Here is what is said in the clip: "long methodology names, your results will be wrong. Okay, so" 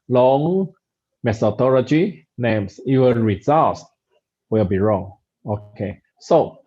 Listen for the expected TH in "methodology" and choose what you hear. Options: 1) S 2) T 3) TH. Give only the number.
1